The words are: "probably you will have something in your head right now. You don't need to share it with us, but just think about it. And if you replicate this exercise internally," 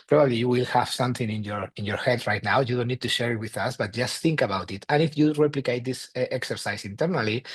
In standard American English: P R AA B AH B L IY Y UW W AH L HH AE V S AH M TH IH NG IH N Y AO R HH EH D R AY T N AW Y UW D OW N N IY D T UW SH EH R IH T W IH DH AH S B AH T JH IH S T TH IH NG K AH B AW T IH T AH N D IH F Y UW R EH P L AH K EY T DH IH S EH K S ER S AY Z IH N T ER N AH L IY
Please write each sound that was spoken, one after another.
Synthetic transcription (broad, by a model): P R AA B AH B L IY Y UW W AH L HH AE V S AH M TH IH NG IH N Y AO R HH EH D R AY T N AW Y UW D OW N N IY D T UW SH EH R IH T W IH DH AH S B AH T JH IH S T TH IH NG K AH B AW T IH T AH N IH F Y UW R EH P L AH K EY T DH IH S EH K S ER S AY S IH N T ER N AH L IY